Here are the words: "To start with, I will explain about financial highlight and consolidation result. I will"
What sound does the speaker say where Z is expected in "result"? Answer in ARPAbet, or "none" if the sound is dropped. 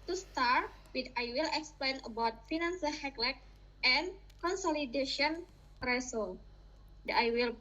S